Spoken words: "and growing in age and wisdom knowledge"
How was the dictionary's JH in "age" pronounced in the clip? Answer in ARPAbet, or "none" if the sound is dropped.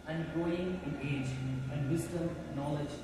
JH